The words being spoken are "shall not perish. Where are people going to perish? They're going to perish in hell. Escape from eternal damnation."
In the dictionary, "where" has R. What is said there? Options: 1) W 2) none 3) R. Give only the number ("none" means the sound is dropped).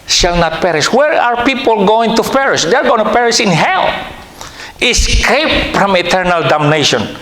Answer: 3